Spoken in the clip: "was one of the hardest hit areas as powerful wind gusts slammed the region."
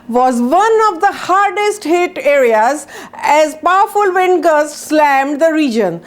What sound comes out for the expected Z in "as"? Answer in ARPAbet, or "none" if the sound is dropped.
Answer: Z